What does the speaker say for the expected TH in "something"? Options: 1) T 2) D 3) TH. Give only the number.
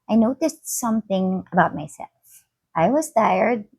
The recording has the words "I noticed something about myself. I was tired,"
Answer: 3